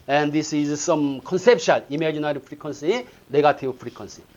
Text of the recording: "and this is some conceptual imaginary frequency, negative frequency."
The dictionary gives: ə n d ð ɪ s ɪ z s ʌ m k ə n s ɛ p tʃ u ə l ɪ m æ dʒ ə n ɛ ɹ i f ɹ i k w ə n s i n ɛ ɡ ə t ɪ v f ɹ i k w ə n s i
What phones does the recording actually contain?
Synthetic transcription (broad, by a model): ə n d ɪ s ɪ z s ʌ m k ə n s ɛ p ʃ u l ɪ m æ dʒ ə n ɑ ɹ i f ɹ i k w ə n s i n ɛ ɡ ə t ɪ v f ɹ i k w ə n s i